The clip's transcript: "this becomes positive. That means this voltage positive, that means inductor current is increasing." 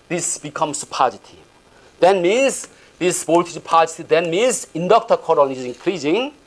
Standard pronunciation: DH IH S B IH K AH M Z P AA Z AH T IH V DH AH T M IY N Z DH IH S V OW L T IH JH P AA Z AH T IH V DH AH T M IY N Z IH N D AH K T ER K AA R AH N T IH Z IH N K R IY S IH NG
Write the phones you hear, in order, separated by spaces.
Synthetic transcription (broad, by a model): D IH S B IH K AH M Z P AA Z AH T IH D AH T M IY N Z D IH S B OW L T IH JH P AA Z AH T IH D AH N M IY N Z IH N D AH K T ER K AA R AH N IH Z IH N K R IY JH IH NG